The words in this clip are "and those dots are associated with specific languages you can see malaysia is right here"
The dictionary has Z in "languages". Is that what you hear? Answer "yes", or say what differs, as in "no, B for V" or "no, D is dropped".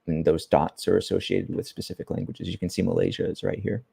yes